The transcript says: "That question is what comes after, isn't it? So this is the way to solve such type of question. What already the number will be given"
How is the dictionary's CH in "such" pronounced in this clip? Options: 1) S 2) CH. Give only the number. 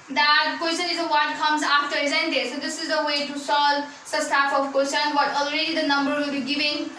1